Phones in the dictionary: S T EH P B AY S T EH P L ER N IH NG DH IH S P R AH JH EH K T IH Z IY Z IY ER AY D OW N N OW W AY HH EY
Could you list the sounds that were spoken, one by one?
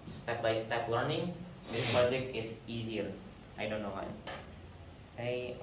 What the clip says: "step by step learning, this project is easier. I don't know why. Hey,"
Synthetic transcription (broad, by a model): S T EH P B AY S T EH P L ER N IH NG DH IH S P AH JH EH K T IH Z IY Z IY ER AY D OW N N OW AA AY